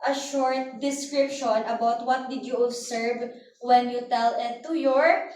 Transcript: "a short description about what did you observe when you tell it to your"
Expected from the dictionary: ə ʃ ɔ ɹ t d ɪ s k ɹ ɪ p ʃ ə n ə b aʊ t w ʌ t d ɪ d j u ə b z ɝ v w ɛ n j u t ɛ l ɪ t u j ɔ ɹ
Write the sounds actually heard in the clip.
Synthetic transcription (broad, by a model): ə ʃ ɔ ɹ t d ɪ s k ɹ ɪ p ʃ ə n ə b aʊ t w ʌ t d ɪ d j u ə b s ɝ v w ɛ n j u t ɛ l ɪ t u j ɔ ɹ